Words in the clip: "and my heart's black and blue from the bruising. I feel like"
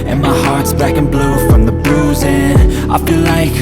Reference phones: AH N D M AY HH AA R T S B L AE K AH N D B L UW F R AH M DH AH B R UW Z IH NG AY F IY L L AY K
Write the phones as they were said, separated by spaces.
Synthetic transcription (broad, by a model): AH N M AY HH AA R T S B AE K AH N B L UW F R AH M DH AH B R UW Z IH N AY F IY L L AY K